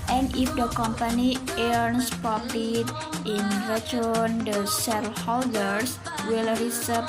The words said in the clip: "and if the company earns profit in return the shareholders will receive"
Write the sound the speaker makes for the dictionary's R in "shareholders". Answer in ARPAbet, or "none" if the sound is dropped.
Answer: L